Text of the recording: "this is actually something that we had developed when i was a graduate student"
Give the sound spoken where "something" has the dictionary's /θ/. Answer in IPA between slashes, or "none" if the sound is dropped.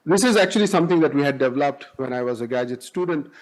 /t/